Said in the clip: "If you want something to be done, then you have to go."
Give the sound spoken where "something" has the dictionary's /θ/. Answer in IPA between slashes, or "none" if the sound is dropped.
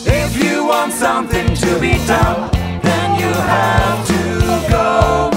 /θ/